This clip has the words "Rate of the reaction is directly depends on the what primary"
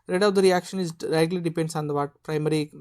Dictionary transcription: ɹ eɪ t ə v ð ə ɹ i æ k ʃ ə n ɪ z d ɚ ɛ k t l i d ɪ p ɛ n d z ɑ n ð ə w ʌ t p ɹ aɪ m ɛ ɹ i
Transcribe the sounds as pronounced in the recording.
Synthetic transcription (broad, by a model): ɹ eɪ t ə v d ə ɹ i æ k ʃ ə n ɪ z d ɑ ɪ t l i d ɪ p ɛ n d s ɑ n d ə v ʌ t p ɹ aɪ m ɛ ɹ i